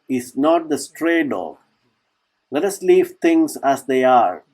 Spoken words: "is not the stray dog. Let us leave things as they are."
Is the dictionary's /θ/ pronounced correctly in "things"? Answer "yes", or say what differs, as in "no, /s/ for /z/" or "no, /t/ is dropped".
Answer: no, /t/ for /θ/